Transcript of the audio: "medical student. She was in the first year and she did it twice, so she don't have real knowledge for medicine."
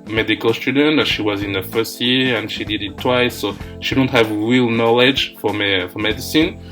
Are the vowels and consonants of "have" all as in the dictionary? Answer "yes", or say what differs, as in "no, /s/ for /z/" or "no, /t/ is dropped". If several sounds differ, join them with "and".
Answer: yes